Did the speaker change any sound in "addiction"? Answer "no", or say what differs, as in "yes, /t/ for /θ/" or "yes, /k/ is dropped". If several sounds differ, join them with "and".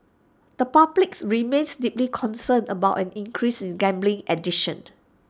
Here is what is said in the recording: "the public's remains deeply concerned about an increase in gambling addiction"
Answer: yes, /k/ is dropped